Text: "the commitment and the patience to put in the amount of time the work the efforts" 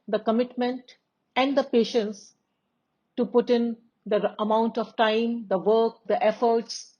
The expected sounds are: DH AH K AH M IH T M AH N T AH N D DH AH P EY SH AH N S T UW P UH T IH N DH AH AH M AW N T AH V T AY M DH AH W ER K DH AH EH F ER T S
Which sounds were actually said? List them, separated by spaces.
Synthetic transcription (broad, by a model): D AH K AH M IH T M AH N T AH N D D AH P EY SH AH N S T UW P UH T IH N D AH AH M AW N T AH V T AY M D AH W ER K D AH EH F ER T S